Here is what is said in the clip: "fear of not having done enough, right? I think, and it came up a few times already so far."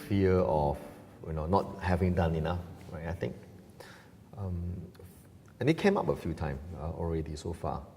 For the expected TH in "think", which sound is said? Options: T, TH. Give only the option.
T